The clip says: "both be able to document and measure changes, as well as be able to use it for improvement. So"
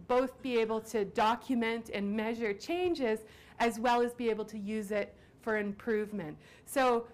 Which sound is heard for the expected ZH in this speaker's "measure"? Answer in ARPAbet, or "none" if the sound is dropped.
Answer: ZH